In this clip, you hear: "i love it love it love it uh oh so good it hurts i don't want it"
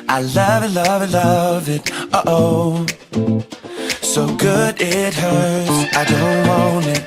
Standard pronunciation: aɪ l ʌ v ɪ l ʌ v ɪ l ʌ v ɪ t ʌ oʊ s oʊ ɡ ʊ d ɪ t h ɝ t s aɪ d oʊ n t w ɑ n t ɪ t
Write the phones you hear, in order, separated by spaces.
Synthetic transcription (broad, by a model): aɪ l ʌ v ɪ l ʌ v ɪ l ʌ v ɪ t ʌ oʊ s oʊ ɡ ʊ d ɪ t h ɝ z aɪ d oʊ n t w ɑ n ɪ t